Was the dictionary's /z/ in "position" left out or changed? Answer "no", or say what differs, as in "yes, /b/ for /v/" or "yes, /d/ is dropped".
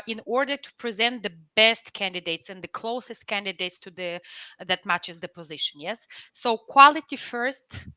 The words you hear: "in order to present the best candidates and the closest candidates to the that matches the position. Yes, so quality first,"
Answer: no